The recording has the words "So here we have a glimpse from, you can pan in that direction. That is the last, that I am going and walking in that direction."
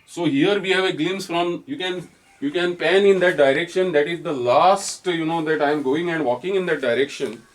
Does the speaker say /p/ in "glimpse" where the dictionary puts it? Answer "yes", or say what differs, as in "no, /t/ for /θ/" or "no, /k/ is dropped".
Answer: no, /p/ is dropped